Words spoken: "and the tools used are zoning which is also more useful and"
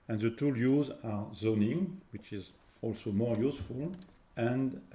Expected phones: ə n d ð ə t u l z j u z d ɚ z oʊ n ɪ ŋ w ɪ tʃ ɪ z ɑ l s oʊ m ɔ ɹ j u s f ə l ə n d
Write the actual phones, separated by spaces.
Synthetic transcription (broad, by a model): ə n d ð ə t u l j u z ɑ z oʊ n ɪ ŋ w ɪ tʃ ɪ z ɑ l s oʊ m ɔ ɹ j u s f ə l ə n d